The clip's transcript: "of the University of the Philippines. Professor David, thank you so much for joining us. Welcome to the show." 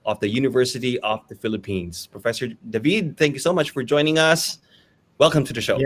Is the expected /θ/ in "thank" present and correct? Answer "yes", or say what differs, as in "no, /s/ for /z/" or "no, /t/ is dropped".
yes